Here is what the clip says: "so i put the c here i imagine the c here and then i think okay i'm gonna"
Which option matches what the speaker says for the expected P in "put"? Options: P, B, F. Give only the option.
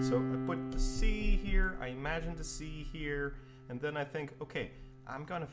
B